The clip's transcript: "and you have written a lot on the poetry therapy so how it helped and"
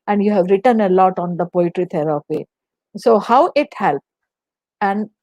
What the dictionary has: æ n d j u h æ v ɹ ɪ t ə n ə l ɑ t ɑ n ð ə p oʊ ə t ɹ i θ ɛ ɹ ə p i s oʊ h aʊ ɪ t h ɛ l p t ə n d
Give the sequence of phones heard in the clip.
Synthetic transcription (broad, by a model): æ n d j u h æ v ɹ ɪ t ə n ə l ɑ t ɑ n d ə p oʊ ə t ɹ i t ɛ ɹ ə p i s oʊ h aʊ ɪ t h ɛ l p ə n d